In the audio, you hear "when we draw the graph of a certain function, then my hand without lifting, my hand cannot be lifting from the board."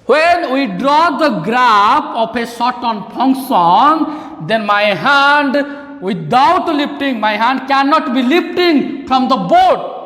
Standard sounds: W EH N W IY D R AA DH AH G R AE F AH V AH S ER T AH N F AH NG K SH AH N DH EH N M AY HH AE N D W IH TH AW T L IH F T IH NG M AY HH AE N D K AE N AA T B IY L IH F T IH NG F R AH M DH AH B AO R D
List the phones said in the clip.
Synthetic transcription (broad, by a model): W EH N W IY D R AA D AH G R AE P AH P AH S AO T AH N P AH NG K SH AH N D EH N M AY HH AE N D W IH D AW T L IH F T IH NG M AY HH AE N D K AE N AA T B IY L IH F T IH NG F R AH M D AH B AO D